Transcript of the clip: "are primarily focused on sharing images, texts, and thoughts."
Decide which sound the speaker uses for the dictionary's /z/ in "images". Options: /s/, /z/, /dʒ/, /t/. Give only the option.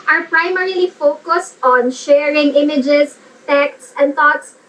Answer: /s/